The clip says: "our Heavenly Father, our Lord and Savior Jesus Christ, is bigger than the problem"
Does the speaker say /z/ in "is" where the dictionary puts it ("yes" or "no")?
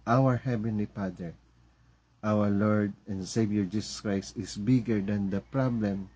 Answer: no